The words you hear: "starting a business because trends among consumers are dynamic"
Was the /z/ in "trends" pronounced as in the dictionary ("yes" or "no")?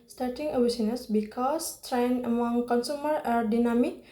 no